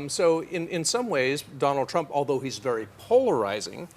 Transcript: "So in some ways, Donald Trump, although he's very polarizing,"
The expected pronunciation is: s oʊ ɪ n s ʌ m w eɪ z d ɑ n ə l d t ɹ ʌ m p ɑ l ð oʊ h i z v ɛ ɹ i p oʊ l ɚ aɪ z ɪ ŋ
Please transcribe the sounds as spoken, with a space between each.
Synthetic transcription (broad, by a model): s oʊ ɪ n s ʌ m w eɪ z d ɑ n l d t ɹ ʌ m p ɑ l ð oʊ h i z v ɛ ɹ i p oʊ l ɚ aɪ z ɪ ŋ